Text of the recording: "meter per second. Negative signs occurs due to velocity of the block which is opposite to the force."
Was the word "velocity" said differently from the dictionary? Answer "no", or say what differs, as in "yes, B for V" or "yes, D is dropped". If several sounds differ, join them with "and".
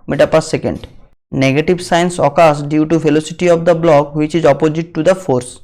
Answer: yes, F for V